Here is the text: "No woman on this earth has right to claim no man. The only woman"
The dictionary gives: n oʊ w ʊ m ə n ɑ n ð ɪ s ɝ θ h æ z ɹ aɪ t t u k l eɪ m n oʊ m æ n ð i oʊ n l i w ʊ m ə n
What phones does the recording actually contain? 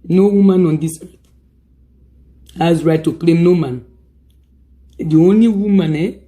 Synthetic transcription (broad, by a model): n oʊ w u m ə n ɑ n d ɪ s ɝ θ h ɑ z ɹ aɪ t t u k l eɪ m n oʊ m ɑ n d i oʊ n l i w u m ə n